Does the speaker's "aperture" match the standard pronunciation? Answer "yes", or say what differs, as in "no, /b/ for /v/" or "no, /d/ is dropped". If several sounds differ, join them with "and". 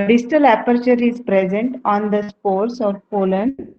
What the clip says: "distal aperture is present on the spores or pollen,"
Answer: yes